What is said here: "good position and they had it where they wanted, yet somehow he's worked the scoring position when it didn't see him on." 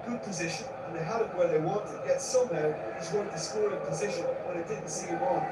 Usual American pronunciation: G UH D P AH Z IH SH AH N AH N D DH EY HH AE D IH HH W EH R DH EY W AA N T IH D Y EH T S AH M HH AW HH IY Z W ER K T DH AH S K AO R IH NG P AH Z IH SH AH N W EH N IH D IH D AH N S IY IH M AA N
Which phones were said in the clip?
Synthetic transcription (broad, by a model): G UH D P AH Z IH SH AH N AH N DH EY HH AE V IH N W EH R DH EY W AA N T IH D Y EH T S AH M HH AW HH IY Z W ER T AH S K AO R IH P AH Z IH SH AH N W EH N IH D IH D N S IY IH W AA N